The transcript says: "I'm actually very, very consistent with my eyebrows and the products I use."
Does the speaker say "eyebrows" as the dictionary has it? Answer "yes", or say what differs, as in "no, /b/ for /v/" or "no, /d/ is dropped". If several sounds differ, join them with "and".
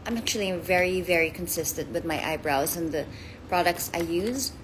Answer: yes